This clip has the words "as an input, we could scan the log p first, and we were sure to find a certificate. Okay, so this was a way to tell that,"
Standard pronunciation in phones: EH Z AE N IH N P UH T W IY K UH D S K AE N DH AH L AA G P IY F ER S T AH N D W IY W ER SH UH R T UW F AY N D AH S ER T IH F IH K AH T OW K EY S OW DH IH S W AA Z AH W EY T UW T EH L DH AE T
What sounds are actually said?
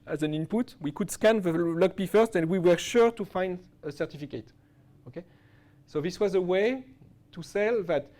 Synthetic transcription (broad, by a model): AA Z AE N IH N P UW T W IY K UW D S K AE N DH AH L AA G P IY F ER S T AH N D W IY W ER SH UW R T UW F AY N D AH S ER T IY F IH K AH T OW K EY S OW DH IH S W AA Z AH W EY T UW S EH L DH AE T